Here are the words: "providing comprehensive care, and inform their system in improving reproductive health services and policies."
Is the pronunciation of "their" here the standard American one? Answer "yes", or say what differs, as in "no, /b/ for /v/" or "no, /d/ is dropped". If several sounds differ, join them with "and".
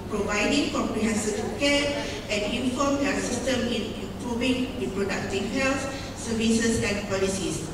no, /l/ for /ɹ/